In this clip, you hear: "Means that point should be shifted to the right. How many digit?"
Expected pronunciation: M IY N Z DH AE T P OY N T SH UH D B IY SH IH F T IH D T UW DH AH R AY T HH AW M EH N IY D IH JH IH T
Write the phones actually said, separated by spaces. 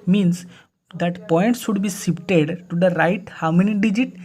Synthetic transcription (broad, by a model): M IY N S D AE T P OY N T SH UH D B IY S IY P T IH D T UW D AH R AY T HH AW M EH N IY D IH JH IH T